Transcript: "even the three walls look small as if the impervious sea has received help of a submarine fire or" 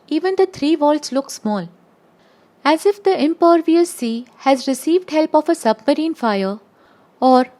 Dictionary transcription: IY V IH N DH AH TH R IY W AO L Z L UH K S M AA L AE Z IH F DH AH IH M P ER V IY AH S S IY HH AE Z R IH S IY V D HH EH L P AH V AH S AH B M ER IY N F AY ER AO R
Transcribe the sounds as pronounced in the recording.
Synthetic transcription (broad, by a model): IY V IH N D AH T R IY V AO L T L UH K S M AA L AE Z IH F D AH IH M P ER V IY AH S S IY HH AE Z R IH S IY V D HH EH L P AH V AH S AH B M ER IY N F AY ER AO R